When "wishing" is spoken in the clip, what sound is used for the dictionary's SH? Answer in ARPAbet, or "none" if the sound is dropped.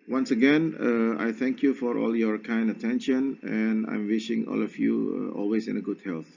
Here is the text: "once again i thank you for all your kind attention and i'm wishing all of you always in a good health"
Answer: SH